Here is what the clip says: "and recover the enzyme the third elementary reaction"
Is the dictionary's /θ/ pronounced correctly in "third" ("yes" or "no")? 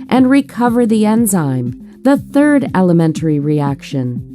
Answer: yes